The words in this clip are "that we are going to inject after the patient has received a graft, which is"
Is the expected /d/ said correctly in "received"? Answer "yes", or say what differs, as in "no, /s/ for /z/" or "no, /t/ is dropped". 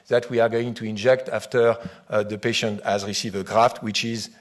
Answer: no, /d/ is dropped